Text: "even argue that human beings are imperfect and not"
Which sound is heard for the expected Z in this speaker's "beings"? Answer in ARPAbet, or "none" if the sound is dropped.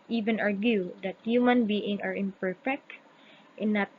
none